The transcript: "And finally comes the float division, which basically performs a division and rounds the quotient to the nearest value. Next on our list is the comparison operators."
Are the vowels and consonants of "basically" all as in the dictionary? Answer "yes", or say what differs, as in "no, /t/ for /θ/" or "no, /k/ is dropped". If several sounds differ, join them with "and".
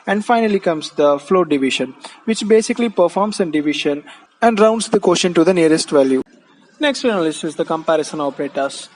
yes